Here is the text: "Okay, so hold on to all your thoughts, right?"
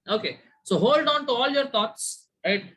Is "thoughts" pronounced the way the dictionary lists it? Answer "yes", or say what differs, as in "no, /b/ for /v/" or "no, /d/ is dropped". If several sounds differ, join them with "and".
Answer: no, /t/ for /θ/